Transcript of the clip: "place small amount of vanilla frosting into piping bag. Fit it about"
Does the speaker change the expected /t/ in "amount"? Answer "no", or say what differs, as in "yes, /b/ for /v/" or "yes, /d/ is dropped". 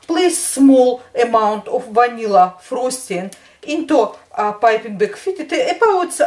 no